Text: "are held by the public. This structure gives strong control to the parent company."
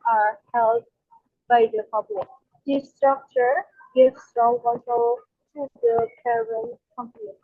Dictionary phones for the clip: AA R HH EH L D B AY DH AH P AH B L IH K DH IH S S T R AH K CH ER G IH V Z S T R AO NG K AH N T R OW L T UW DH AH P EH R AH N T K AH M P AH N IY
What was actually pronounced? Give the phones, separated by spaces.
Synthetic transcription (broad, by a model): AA R HH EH L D B AY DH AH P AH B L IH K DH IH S S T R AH K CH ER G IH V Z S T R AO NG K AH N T OW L T UW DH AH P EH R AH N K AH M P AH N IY